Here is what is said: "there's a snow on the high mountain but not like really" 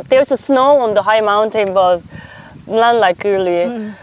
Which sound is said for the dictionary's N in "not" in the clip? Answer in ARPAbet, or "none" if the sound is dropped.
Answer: L